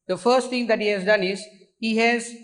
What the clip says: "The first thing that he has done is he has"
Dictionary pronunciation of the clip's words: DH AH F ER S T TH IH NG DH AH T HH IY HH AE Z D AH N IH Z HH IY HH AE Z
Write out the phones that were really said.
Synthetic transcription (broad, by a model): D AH F ER S T T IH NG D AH T HH IY HH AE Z D AH N IH Z HH IY HH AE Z